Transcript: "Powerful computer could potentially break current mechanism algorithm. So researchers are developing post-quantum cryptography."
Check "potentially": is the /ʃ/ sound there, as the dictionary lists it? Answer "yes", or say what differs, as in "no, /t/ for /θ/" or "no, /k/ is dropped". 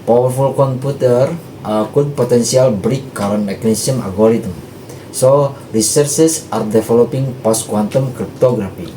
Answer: no, /s/ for /ʃ/